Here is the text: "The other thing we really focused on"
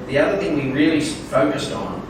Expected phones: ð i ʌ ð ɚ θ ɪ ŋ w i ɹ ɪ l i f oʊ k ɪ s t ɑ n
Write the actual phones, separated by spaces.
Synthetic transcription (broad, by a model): ð i ʌ ð ɚ θ ɪ ŋ w i ɹ ɪ l i f oʊ k ɪ s t n